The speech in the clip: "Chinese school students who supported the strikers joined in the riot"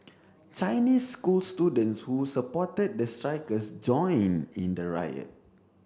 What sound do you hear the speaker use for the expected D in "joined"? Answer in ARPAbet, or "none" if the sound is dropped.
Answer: none